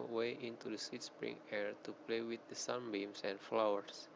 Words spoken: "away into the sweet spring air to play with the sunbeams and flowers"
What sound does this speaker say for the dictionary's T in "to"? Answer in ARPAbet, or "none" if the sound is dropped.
T